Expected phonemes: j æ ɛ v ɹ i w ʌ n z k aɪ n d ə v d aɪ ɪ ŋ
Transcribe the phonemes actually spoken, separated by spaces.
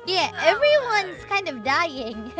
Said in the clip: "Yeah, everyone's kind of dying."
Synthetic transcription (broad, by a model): j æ ɛ v ɹ i w ʌ n z k aɪ n d ə v d aɪ ɪ ŋ